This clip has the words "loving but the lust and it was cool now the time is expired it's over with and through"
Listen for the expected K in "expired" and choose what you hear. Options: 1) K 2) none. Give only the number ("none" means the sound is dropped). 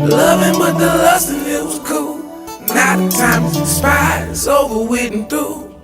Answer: 2